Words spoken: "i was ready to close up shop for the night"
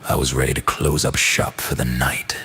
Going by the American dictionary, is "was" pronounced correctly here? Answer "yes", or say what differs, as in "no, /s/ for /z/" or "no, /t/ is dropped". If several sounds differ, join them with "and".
yes